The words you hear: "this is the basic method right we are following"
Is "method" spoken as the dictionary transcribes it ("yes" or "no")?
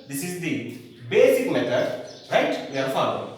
no